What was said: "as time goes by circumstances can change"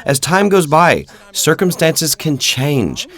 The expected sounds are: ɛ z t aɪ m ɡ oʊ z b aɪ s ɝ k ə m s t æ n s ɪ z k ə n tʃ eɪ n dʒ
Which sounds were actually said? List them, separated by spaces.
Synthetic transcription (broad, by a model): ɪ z t aɪ m ɡ oʊ z b aɪ s ɝ k ə m s t æ n s ɪ z k ə n tʃ eɪ n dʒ